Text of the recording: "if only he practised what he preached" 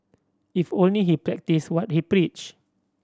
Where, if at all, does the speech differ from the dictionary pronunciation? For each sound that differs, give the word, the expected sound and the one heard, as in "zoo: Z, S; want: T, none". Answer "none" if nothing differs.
preached: T, none